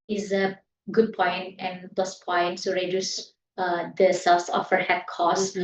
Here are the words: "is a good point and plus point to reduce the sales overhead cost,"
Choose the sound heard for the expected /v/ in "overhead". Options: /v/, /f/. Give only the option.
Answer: /f/